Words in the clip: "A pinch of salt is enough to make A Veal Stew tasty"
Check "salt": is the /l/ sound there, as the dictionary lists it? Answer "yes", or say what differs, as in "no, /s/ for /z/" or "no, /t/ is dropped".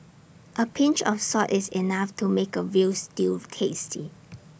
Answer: no, /l/ is dropped